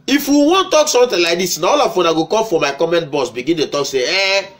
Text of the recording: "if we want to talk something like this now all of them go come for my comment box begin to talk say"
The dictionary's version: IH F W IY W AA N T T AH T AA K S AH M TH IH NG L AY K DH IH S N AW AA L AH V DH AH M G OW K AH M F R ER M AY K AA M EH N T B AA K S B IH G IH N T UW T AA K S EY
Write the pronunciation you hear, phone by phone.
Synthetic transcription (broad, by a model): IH F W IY W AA N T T T AA K S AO M T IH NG L AY K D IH S N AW AA L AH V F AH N G OW K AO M F R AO M AY K AA M EH N T B AA S B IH G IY N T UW T AA K S EY